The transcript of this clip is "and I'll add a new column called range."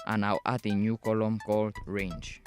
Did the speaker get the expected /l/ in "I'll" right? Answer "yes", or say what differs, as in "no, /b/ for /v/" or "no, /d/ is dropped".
no, /w/ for /l/